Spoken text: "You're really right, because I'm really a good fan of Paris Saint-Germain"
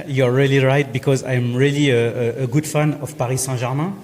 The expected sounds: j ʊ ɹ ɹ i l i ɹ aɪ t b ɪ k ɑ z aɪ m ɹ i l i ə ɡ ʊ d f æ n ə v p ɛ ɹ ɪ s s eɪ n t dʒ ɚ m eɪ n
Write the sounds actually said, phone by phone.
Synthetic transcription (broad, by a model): j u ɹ ɹ i l i ɹ aɪ t b ɪ k ɑ z aɪ m ɹ i l i ə ɡ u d f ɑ n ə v p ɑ ɹ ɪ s s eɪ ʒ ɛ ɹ m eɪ